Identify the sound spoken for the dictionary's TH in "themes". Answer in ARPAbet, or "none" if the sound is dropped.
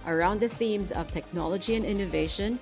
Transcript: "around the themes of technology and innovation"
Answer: TH